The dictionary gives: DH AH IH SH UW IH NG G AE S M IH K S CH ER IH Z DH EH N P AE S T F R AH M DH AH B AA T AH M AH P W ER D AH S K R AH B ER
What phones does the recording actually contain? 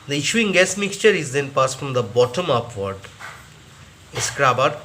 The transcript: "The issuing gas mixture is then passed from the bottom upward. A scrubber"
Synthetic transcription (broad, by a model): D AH IH SH UW IH NG G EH S M IH K S CH ER IH Z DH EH N P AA S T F R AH M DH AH B AA T AH M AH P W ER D AH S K R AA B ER